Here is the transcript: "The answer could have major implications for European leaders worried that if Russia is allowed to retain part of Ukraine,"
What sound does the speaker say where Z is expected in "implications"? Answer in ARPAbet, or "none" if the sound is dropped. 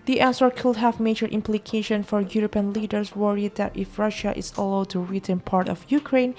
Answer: none